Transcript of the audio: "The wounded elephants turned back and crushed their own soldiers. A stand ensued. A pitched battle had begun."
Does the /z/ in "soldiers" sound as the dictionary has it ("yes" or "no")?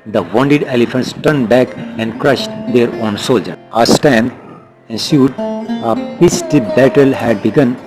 no